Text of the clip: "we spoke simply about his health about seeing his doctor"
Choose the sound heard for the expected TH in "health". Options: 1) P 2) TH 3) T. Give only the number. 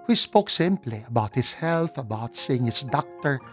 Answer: 2